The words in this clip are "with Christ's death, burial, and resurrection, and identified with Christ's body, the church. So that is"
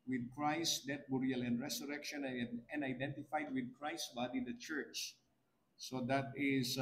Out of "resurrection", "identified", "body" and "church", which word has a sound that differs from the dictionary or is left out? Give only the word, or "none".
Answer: resurrection